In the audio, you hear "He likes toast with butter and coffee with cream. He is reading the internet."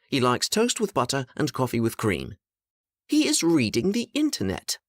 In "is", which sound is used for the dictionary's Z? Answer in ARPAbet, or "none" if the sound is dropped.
Z